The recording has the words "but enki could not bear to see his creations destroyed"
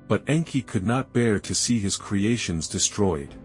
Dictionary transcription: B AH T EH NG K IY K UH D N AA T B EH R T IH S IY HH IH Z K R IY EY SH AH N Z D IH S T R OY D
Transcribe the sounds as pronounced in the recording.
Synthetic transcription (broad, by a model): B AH T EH NG K IY K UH D N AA T B EH R T IH S IY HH IH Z K R IY EY SH AH N Z D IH S T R OY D